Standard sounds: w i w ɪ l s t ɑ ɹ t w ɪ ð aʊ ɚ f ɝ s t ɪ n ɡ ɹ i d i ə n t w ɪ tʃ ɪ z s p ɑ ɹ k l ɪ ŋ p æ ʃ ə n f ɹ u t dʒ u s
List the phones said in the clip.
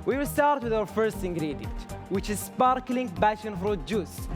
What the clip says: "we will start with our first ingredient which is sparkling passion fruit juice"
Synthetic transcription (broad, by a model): w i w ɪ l s t ɑ ɹ t w ɪ ð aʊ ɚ f ɝ s t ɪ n ɡ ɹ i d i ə n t w ɪ tʃ ɪ z s p ɑ ɹ k l ɪ ŋ b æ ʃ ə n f ɹ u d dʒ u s